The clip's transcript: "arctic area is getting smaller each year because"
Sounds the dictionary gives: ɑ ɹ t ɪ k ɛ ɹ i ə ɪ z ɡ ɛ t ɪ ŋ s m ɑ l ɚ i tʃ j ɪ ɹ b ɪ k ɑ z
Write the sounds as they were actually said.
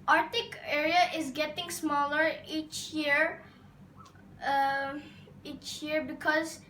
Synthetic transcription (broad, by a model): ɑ ɹ t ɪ k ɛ ɹ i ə ɪ z ɡ ɛ t ɪ ŋ s m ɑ l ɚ i tʃ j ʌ ɹ b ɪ k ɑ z